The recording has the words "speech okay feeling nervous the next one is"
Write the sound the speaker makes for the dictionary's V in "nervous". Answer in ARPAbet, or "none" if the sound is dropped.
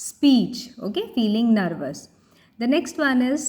V